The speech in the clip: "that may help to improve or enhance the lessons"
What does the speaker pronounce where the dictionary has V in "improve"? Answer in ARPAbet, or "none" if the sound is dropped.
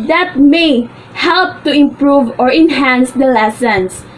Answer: V